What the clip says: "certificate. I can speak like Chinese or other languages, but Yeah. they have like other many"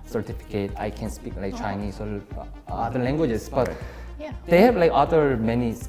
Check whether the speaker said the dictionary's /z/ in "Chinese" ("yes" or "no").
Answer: no